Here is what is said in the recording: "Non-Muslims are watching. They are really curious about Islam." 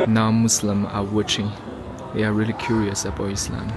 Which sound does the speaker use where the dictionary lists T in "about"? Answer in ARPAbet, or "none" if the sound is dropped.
none